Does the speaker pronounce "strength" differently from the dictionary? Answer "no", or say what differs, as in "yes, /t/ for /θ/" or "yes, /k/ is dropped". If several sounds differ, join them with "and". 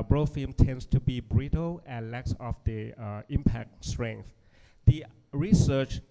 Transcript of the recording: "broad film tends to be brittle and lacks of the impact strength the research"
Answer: no